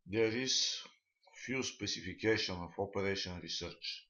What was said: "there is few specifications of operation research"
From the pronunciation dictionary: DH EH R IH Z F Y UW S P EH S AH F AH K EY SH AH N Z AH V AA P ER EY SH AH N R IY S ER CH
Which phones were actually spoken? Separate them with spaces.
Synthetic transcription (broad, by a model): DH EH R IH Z F Y UW S P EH S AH F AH K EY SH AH N AH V AA P ER EY SH AH N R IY S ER CH